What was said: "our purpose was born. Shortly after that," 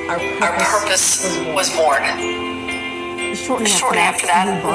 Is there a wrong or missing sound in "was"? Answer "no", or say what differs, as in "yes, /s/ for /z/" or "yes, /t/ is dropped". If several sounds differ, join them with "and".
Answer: no